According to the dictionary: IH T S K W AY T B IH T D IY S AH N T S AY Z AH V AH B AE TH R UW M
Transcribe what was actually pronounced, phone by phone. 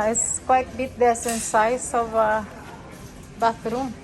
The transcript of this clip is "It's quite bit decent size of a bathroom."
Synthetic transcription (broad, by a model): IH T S K W AY T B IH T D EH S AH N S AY S AH V AH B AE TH R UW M